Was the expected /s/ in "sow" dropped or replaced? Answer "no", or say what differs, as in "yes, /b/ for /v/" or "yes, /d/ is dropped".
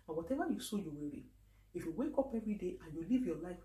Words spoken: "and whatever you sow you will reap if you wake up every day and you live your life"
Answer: no